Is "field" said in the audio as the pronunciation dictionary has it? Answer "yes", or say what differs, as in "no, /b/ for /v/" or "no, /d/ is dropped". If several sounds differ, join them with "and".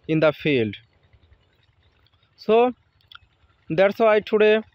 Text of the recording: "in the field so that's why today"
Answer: yes